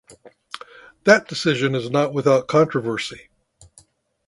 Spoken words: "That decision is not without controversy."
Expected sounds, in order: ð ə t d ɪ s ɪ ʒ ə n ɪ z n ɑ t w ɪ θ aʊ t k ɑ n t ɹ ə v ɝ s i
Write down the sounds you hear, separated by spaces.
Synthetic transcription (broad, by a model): ð ə t d ɪ s ɪ ʒ ə n ɪ z n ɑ t w ɪ θ aʊ t k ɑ n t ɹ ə v ɝ s i